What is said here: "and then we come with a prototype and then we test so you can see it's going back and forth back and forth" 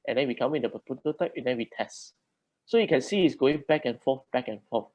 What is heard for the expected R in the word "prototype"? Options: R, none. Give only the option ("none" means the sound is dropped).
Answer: none